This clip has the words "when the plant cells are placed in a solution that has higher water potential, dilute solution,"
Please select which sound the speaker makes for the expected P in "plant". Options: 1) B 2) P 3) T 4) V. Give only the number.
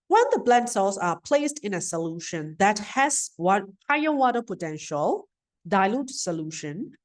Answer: 1